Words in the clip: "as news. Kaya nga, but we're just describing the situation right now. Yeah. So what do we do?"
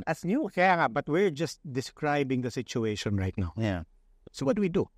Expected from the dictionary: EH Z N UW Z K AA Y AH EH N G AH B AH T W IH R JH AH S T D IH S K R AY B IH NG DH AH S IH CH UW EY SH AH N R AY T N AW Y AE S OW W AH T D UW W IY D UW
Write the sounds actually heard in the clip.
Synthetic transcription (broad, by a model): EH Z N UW K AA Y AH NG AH B AH T W IH R JH AH S T D IH S K R AY B IH NG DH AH S IH CH UW EY SH AH N R AY T N AW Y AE S OW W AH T D UW W IY D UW